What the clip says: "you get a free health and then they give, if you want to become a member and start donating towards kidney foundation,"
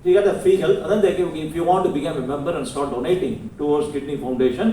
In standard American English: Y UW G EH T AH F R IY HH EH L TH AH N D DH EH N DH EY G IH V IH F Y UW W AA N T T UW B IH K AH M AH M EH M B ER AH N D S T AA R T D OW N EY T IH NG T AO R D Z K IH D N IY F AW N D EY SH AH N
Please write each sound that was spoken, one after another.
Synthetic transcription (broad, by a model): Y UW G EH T AH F IY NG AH L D AH N D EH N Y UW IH IH F Y UW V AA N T T UW B IH K AH M AH M EH M B ER AH N D S T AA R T D OW N EY T IH NG T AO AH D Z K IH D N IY F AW N D EY SH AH N